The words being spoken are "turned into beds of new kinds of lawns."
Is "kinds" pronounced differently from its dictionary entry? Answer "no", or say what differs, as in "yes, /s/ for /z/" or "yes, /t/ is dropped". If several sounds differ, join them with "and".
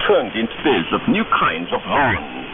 no